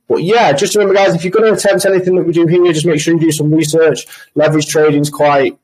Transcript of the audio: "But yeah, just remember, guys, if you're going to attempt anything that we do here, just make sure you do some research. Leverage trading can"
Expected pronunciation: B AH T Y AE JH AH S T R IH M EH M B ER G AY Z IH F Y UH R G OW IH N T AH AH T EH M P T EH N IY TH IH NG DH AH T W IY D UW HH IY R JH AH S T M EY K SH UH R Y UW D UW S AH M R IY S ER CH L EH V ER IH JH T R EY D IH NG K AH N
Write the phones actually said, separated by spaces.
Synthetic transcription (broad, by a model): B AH T Y AE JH AH S T R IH M EH M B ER G AY Z IH F Y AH G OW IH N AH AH T EH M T EH N IY TH IH NG DH AH T W IY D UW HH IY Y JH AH S M EY K SH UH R Y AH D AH S AH M R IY S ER CH L EH V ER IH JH T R EY D IH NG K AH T